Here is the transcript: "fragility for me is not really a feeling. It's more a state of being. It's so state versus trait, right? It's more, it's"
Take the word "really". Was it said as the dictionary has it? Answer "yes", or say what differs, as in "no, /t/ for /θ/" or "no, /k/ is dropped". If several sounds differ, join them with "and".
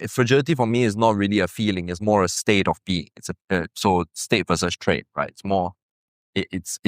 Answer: yes